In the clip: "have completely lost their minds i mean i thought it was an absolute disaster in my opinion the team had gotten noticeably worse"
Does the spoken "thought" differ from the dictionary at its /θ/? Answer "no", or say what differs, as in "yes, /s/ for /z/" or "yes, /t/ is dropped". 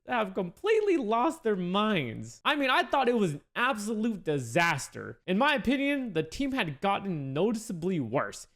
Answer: no